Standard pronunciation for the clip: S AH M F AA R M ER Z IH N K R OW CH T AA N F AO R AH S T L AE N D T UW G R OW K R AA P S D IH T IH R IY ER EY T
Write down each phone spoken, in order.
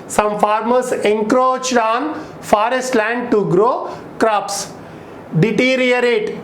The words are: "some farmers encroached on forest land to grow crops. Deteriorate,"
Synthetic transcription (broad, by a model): S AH M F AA R M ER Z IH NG K R OW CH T AA N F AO R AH S T L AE N D T UW G R OW K R AA P S D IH T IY R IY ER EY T